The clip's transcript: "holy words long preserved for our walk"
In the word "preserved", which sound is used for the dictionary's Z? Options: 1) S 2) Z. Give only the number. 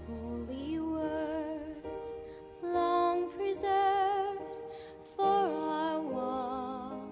2